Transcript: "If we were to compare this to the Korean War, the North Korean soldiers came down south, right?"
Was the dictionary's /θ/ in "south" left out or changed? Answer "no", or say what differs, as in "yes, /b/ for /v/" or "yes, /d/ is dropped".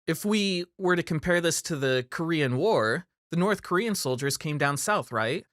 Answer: no